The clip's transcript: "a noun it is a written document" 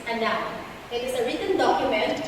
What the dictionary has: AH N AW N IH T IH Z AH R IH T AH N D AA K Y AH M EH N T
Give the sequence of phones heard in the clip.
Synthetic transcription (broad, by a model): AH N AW IH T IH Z AH R IH T AH N D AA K Y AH M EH N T